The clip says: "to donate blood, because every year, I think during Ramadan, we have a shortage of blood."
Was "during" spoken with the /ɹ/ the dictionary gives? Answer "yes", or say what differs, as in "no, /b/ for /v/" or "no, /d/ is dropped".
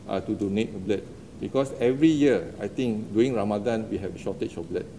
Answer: no, /ɹ/ is dropped